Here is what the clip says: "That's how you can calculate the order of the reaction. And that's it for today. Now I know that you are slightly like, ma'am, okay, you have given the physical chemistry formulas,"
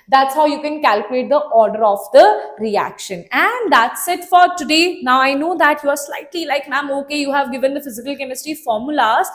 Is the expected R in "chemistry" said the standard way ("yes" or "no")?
no